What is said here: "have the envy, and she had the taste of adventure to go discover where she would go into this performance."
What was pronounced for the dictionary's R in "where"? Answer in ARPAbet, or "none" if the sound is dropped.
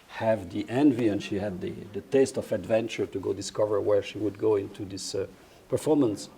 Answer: R